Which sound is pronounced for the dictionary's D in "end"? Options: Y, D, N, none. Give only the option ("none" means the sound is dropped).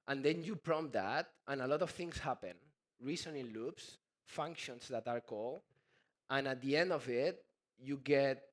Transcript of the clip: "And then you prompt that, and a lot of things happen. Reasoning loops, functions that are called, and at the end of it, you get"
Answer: D